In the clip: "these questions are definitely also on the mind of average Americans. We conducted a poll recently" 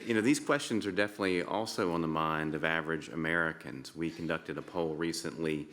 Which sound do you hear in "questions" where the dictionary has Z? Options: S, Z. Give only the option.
Z